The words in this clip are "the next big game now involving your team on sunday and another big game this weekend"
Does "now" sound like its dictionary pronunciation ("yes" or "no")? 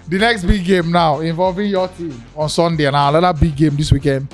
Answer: yes